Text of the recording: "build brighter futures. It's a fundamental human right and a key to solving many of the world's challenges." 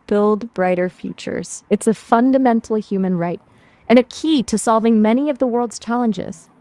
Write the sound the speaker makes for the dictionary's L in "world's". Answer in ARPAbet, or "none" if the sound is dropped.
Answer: L